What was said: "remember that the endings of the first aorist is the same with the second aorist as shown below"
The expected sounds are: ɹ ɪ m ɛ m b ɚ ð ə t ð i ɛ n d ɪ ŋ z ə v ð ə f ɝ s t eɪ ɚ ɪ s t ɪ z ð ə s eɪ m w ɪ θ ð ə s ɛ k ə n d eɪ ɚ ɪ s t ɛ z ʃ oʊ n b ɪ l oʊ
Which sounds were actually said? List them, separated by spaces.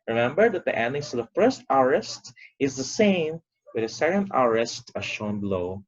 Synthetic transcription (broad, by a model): ɹ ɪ m ɛ m b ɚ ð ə t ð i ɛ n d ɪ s ə v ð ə f ɝ s t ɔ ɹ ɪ s t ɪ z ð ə s eɪ m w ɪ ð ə s ɛ k ə n d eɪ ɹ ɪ s t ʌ ʃ oʊ n b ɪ l oʊ